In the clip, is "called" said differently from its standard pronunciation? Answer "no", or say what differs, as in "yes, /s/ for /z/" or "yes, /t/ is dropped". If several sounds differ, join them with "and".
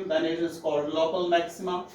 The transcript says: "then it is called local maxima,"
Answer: yes, /l/ is dropped